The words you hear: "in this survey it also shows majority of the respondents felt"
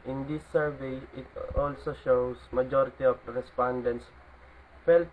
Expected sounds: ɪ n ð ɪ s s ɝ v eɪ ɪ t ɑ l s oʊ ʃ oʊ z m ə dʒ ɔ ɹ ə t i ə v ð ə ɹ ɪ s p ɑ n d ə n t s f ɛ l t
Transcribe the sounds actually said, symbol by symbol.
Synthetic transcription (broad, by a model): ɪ n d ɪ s s ɝ v eɪ ɪ t ɑ l s oʊ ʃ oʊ s m ə dʒ ɔ ɹ ə t i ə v ɹ ɪ s p ɑ n d ə n t s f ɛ l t